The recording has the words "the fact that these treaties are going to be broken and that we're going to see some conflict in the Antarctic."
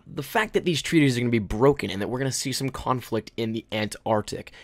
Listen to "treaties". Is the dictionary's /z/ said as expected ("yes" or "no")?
yes